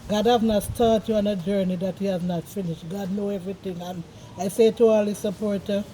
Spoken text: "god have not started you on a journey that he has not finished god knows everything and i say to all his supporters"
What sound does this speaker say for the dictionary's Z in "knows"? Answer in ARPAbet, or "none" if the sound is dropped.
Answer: none